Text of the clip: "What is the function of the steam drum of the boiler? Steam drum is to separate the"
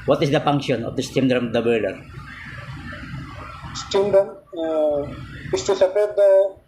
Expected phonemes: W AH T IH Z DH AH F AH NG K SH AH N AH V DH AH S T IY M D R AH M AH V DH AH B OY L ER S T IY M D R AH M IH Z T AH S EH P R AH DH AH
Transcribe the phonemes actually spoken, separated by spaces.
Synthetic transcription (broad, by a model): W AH T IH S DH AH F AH NG K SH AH N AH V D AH S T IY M D R AH M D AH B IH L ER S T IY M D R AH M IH S T AH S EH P AH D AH